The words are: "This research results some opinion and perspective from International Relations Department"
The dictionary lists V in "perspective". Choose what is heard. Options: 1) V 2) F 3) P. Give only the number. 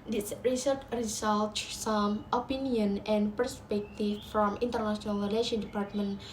2